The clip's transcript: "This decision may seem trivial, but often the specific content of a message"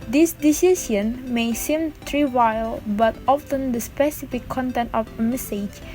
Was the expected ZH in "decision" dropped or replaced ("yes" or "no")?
yes